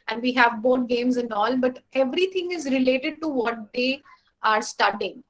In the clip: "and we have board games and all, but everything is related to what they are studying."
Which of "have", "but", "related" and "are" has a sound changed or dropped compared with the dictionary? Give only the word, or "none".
none